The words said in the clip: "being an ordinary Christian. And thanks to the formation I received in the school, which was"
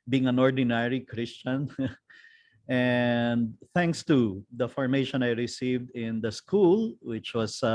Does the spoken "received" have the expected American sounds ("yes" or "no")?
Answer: yes